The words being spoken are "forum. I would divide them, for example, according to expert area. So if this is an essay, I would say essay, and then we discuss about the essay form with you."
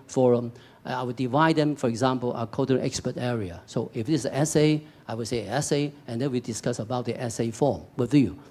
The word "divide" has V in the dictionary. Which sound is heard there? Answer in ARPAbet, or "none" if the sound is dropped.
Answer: V